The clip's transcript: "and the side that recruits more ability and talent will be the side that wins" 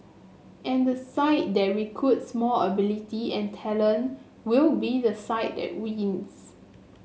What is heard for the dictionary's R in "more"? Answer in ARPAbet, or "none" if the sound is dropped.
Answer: L